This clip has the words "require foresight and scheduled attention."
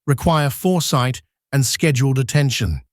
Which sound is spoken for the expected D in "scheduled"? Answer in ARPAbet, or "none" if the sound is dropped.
D